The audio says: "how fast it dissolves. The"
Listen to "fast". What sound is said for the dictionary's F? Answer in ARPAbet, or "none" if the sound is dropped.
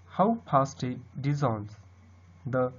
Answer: P